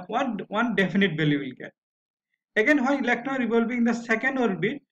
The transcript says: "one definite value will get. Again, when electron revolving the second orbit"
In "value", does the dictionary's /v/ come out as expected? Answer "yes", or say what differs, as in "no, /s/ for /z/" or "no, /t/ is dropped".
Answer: no, /b/ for /v/